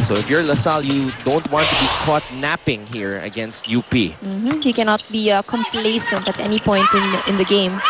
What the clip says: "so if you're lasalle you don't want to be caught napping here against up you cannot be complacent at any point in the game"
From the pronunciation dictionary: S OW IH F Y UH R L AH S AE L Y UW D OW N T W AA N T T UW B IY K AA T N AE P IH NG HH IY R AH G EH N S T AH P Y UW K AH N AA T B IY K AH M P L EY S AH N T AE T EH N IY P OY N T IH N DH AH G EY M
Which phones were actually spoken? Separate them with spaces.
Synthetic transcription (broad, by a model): S OW IH F Y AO R L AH S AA L Y UW D OW N T W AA N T T UW B IY K AA T N AE P IH NG HH IY R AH G EH N S T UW P Y UW K AH N AA T B IY K AH M P L EY S AH N T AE T EH N IY P OY N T IH N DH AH G EY M